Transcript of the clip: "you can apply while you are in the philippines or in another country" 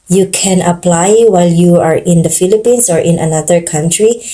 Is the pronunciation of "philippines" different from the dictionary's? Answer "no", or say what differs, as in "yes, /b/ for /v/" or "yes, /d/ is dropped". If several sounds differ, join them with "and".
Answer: yes, /s/ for /z/